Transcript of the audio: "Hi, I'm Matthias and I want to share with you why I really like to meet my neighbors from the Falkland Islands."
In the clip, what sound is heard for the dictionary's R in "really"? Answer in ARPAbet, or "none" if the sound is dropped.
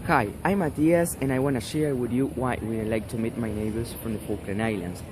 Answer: W